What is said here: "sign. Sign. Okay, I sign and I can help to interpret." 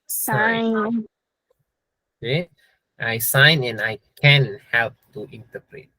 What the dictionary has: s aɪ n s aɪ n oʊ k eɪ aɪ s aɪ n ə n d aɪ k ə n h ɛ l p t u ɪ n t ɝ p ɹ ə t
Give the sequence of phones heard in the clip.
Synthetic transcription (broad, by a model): s aɪ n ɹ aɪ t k aɪ s aɪ n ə n aɪ k ə n h ɛ l p t u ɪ n t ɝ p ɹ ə t